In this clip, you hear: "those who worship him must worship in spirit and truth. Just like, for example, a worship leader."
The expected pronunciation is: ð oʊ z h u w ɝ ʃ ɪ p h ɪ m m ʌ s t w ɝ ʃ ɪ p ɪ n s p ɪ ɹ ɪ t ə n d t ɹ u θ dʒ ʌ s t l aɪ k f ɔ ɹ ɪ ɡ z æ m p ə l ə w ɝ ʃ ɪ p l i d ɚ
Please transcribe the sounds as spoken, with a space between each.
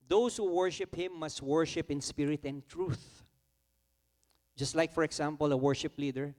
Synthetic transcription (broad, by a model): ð oʊ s h u w ɝ ʃ ɪ p h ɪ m m ʌ s t w ɝ ʃ ɪ p ɪ n s p ɪ ɹ ɪ t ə n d t ɹ u θ dʒ ʌ s t l aɪ k f ɔ ɹ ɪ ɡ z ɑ m p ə l ə w ɝ ʃ ɪ p l i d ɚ